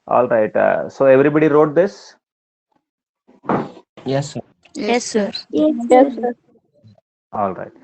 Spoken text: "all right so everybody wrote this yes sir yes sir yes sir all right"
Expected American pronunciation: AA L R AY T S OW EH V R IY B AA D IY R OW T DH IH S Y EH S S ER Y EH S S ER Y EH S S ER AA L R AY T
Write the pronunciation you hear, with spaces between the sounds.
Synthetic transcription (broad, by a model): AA L R AY T S OW EH V R IY B AA D IY R OW T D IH S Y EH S S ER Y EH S S ER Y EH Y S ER AA L R AY T